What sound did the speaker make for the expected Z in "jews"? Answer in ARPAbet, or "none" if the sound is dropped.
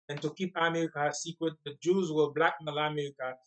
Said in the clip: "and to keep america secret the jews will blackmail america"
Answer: Z